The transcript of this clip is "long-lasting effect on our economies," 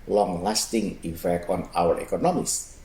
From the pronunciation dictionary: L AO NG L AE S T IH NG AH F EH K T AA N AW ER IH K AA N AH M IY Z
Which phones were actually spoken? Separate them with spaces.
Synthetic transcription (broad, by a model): L AO NG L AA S T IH NG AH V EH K AA N AW ER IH K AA N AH M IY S